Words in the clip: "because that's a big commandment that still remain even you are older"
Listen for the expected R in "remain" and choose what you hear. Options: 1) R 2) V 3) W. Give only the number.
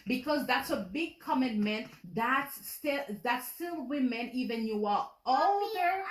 3